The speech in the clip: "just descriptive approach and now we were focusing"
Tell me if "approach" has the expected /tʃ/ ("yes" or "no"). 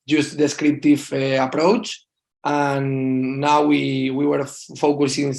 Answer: yes